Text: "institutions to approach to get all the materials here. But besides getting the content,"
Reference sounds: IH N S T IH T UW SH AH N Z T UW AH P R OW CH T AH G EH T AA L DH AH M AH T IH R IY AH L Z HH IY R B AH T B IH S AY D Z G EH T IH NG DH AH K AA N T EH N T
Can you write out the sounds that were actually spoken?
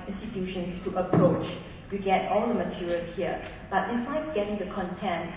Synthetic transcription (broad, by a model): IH N S T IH T UW SH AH N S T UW AH P R OW CH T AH G EH T AA L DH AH M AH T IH R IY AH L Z HH IY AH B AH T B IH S AY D G EH T IH NG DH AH K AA N T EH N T